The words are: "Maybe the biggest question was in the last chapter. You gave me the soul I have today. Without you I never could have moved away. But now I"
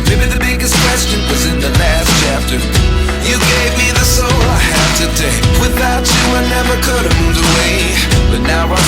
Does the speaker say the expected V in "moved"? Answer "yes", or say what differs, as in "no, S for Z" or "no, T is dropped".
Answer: no, V is dropped